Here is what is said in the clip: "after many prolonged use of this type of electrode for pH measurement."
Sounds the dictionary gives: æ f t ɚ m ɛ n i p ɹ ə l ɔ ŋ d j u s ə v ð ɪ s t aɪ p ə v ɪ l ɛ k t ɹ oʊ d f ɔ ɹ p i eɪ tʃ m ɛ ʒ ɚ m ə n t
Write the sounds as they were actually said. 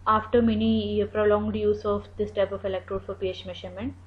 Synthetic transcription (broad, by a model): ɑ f t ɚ m ɛ n i p ɹ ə l ɔ ŋ d j u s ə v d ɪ s t aɪ p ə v ɪ l ɛ k t ɹ oʊ d f ɔ ɹ p i eɪ tʃ m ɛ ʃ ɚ m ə n t